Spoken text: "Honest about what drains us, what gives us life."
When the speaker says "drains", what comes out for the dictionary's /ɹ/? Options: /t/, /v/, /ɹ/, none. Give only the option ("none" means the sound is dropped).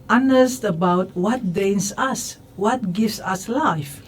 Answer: none